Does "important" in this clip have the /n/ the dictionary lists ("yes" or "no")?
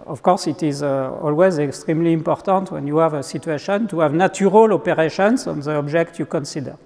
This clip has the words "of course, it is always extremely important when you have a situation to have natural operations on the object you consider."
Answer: yes